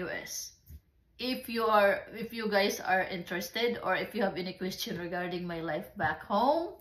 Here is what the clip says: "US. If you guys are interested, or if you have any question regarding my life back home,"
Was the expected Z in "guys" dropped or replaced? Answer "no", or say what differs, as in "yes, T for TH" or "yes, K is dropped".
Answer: yes, S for Z